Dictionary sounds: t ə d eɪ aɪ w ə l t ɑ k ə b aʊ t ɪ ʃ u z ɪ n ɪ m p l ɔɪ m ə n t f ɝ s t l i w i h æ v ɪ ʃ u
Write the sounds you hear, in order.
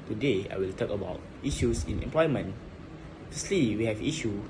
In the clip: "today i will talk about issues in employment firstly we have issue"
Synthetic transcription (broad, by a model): t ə d eɪ aɪ w ə l t ɑ k ə b aʊ t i ʃ u s ɪ n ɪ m p l ɔɪ m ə n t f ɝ s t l i w i h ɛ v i ʃ u